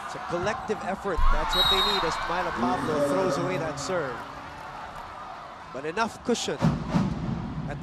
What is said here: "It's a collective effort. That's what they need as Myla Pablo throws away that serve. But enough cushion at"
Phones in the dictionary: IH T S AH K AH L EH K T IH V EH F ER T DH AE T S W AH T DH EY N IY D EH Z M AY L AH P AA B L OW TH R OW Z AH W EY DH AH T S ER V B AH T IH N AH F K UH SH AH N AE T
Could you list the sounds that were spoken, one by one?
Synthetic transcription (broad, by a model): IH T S AH K AH L EH K T IH V EH F ER T DH AE T S W AH T DH EY N IY D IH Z M AY L AH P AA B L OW TH R OW Z AH W EY DH AH T S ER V B AH T IH N AH F K UH SH AH N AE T